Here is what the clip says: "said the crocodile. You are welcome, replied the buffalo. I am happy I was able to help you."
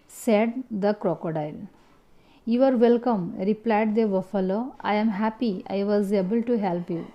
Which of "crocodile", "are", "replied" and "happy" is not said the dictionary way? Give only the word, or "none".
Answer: none